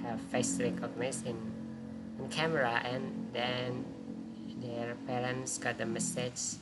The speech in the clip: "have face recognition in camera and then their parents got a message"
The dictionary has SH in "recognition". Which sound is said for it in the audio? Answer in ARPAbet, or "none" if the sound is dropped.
S